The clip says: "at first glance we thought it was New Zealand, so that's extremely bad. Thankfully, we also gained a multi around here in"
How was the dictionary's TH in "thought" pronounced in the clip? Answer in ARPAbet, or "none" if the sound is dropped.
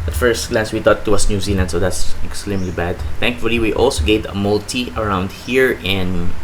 T